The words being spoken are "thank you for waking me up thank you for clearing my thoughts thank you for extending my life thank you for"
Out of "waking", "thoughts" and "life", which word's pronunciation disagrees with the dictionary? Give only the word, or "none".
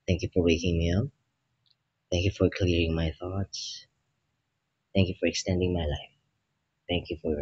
none